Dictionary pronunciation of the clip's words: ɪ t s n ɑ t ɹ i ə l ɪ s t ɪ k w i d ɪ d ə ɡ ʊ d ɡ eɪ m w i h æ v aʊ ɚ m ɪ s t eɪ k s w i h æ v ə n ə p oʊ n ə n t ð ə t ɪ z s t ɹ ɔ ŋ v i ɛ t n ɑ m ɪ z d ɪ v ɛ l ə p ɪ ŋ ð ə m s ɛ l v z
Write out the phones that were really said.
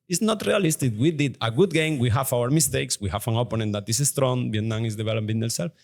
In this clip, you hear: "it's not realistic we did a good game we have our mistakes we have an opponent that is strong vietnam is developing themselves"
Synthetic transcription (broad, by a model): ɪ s n ɑ t ɹ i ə l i s t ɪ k w i d ɪ d ə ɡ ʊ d ɡ eɪ m w i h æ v aʊ ɚ m ɪ s t eɪ k s w i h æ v ə n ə p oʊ n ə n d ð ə t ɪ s s t ɹ ɔ ŋ b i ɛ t n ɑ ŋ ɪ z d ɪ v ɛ l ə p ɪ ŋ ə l s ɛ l